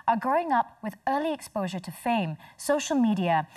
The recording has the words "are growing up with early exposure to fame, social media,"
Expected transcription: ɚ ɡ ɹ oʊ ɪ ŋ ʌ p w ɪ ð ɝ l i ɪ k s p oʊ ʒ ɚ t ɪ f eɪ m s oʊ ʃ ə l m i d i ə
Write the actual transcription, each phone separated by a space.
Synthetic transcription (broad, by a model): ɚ ɡ ɹ oʊ ɪ ŋ ʌ p w ɪ ð ɝ l i ɪ k s p oʊ ʒ ɚ t ɪ f eɪ m s oʊ ʃ l m i d i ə